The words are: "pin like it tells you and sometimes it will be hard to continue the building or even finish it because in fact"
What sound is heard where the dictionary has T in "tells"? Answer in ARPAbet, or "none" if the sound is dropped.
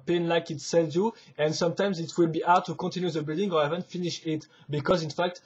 S